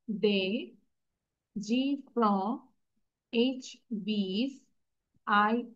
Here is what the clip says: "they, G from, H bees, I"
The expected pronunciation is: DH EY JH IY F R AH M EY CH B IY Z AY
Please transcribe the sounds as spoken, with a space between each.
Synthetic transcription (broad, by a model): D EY JH IY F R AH EY CH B IY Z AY